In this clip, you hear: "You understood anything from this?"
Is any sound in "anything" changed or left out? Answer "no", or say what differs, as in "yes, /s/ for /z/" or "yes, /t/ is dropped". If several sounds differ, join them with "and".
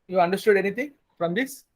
yes, /t/ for /θ/